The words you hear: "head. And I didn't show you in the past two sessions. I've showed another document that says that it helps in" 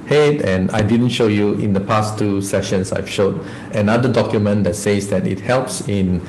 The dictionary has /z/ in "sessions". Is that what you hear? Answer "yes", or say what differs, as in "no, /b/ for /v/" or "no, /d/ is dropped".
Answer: no, /s/ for /z/